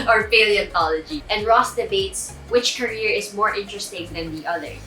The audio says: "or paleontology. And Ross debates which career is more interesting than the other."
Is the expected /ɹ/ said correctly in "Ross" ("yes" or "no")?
yes